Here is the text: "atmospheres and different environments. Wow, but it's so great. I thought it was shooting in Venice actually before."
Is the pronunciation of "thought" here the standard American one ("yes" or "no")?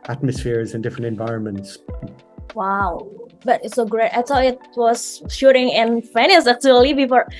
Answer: no